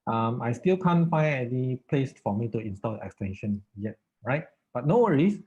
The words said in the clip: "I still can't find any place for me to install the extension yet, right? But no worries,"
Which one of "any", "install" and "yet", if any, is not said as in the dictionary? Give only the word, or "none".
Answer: any